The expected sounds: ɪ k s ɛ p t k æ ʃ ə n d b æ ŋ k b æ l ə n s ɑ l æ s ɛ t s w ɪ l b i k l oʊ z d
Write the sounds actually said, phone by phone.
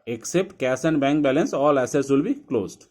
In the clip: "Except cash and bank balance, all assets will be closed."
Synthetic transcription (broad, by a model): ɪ k s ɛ p t k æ s ə n d b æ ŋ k b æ l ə n s ɑ l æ s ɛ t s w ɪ l b i k l oʊ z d